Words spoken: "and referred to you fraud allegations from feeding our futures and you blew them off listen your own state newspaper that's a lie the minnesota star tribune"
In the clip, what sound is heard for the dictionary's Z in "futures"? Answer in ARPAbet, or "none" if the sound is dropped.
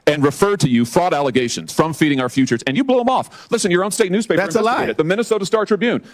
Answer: Z